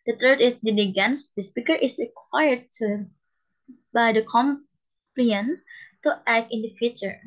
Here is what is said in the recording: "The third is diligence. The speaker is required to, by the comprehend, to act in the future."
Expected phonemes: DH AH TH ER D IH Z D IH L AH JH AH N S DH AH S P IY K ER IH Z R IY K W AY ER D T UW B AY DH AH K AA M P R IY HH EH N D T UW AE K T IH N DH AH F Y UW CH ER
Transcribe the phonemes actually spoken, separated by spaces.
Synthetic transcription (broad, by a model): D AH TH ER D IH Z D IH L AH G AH N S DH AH S P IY K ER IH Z R IY K W AY ER D T UW B AY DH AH K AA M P L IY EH N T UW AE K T IH N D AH F Y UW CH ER